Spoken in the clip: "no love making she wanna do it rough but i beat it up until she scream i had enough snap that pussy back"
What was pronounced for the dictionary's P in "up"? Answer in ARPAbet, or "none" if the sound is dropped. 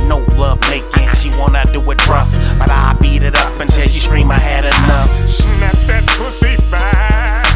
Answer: P